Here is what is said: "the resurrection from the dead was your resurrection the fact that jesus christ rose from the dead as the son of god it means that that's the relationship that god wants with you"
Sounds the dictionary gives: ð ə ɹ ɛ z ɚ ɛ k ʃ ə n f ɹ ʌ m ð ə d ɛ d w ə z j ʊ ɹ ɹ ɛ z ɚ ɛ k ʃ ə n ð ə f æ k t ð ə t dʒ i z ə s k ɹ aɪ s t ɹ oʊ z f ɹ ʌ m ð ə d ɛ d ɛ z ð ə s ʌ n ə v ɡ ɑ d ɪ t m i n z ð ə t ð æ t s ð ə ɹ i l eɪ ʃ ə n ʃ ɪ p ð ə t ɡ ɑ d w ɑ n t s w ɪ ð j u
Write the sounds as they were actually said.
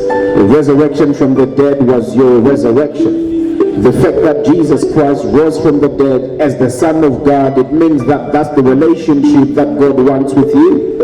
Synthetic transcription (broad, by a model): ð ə ɹ ɛ z ɚ ɛ k ʃ ə n f ɹ ʌ m ð ə d ɛ d w ə z j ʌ ɹ ɹ ɛ z ɚ ɛ k ʃ ə n ð ə f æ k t ð ə t dʒ i z ə s k ɹ aɪ s t w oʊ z f ɹ ʌ m ð ə d ɛ d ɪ z ð ə s ʌ n ə v ɡ ɑ d ɪ t m i n z ð ə t ð æ t s ð ə ɹ i l eɪ ʃ ə n ʃ ɪ p ð ə t ɡ ɑ d w ɑ n t s w ɪ ð j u